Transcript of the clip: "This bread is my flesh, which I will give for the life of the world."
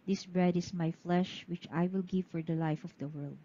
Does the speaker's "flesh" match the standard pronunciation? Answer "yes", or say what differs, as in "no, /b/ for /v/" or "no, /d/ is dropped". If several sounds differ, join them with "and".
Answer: yes